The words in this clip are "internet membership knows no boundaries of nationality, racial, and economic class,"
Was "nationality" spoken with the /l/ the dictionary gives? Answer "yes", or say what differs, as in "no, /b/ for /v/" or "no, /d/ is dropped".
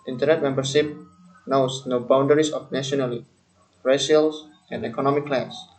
no, /n/ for /l/